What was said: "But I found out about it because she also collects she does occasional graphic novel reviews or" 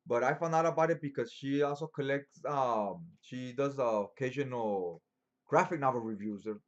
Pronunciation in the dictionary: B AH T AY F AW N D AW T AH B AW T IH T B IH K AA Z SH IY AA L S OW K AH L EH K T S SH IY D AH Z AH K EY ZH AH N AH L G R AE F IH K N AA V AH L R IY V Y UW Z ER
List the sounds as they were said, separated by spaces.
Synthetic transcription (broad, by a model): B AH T AY F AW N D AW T AH B AW T IH T B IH K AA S SH IY AA L S OW K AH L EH K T S SH IY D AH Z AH K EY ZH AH N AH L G R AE F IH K N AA B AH R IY V Y UW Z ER